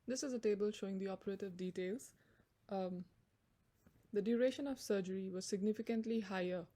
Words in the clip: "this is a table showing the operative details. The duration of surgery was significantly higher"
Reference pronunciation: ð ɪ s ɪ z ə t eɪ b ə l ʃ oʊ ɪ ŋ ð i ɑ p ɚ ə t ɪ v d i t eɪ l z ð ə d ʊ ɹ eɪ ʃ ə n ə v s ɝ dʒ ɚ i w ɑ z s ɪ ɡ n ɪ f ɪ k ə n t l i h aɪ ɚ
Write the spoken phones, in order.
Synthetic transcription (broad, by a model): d ɪ s ɪ z ə t eɪ b ə l ʃ oʊ ɪ ŋ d i ɑ p ɚ ə t ɪ v d i t eɪ l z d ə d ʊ ɹ eɪ ʃ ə n ə v s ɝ dʒ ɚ i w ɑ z s ɪ ɡ n ɪ f ɪ k ə n t l i h aɪ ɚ